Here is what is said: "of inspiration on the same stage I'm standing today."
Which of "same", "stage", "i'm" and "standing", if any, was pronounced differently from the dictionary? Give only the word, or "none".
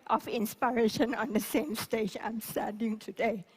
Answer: standing